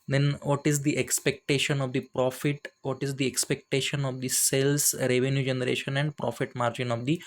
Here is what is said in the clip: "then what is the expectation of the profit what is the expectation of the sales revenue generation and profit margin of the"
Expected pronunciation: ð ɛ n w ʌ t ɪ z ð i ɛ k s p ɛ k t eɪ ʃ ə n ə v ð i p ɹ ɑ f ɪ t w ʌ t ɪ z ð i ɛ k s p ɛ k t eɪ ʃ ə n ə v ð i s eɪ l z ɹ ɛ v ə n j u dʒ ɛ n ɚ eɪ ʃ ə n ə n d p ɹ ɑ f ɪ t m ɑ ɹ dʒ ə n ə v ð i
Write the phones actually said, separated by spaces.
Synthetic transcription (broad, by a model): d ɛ n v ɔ t ɪ z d i ɛ k s p ɛ k t eɪ ʃ ə n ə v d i p ɹ ɑ f ɪ t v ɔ t ɪ z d i ɛ k s p ɛ k t eɪ ʃ ə n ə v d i s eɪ l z ɹ ɛ v ə n j u dʒ ɛ n ɚ eɪ ʃ ə n ə n d p ɹ ɑ f ɪ t m ɑ ɹ dʒ ə n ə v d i